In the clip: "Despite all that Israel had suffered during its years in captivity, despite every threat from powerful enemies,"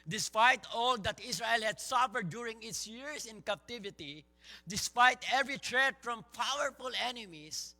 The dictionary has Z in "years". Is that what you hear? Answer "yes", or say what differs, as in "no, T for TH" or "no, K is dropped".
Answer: no, S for Z